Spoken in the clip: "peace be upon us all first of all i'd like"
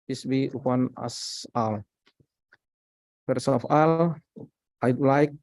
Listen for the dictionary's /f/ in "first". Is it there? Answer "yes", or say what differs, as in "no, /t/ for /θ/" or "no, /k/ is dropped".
no, /p/ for /f/